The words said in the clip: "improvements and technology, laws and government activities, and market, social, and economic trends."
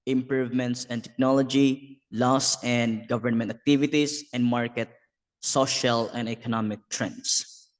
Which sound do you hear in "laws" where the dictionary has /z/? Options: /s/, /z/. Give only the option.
/s/